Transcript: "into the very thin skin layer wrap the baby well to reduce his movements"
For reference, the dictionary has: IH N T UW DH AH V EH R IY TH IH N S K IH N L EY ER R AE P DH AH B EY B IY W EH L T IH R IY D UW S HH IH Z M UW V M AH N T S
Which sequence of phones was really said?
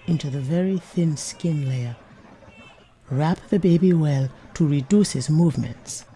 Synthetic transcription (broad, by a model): IH N T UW DH AH V EH R IY TH IH N S K IH N L EY ER R AE P DH AH B EY B IY W EH L T IH R IY D UW S HH IH Z M UW V M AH N T S